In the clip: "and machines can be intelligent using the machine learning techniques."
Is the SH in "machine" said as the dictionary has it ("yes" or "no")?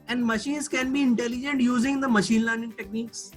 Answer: yes